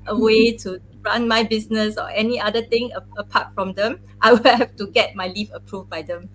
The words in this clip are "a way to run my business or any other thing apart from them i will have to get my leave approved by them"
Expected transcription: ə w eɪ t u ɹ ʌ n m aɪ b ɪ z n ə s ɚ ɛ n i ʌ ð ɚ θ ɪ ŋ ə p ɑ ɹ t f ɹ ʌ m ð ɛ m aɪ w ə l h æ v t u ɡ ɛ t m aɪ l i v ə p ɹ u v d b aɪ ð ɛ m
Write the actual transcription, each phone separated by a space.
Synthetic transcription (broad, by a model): ə w eɪ t u ɹ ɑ n m aɪ b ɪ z n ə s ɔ ɛ n i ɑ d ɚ t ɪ ŋ ə p ɑ t f ɹ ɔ m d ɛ m aɪ w ə l h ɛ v t u ɡ ɛ t m aɪ l i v ə p ɹ u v b aɪ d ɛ m